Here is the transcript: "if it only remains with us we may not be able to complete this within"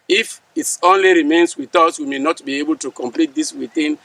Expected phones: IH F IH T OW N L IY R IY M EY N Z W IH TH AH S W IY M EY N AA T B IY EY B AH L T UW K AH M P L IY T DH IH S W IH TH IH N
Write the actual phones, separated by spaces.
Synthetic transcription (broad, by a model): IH F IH T OW N L IY R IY M EY N S W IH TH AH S W IY M EY N AA T B IY EY B AH L T UW K AH M P L IY T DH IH S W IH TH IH N